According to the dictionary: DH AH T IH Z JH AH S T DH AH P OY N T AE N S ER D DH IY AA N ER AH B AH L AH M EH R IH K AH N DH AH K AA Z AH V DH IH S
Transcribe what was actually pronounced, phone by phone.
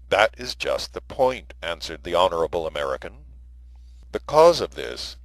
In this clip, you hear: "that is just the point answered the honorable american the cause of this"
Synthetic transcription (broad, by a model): DH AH T IH Z JH AH S T DH AH P OY N T AE N S ER D DH IY AA N ER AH B L AH M EH R IH K AH N DH AH K AA Z AH V DH IH S